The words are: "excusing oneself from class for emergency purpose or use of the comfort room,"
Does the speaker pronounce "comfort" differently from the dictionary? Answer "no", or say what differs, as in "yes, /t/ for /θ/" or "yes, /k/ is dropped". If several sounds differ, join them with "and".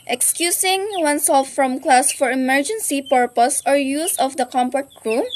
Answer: yes, /p/ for /f/